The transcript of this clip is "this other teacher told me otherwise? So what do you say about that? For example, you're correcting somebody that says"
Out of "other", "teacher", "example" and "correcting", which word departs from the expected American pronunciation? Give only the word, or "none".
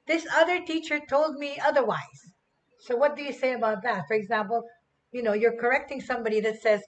example